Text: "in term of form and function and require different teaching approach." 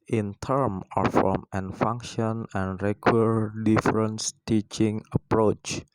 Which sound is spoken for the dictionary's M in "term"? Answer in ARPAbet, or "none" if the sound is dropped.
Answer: M